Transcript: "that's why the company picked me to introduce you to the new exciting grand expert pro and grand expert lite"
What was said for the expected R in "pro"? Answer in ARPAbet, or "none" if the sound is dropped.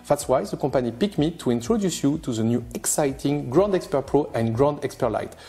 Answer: R